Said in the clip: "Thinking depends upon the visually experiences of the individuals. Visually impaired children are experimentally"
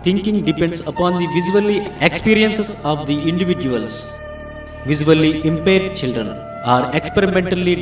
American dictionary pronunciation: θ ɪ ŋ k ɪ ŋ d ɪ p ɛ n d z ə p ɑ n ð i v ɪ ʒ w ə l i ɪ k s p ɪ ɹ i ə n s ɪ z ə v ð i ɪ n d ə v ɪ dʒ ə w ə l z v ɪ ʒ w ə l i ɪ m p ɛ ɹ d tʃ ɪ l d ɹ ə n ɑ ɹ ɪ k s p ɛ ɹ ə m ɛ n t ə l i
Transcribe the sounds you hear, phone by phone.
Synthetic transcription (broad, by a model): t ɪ ŋ k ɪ ŋ d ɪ p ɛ n d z ə p ɑ n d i v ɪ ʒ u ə l i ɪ k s p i ɹ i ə n s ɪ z ə v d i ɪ n d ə v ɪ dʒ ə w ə l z v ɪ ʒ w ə l i ɪ m p ɛ ɹ d tʃ ɪ l d ɹ ə n ɑ ɹ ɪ k s p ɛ ɹ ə m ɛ n t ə l i